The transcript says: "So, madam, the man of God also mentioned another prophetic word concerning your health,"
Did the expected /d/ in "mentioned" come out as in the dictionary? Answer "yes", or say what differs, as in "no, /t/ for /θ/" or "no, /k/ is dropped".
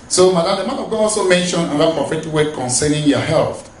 no, /d/ is dropped